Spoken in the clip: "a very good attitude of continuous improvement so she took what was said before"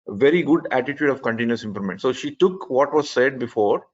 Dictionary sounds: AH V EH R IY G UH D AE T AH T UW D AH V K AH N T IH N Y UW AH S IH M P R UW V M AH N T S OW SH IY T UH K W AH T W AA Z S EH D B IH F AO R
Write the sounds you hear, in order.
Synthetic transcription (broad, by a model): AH V EH R IY G UH D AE T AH T UW D AH V K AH N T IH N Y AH S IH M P L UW M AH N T S OW SH IY T UH K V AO T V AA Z S EH D B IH F AO R